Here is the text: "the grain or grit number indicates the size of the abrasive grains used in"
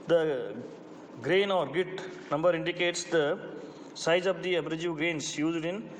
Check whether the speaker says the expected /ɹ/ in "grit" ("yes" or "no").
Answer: no